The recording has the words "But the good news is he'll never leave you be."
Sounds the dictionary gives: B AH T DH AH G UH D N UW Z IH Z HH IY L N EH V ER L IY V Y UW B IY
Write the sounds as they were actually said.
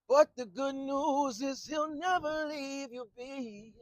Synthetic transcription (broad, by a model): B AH T DH AH G UH D N UW Z IH Z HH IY L N EH V ER L IY V Y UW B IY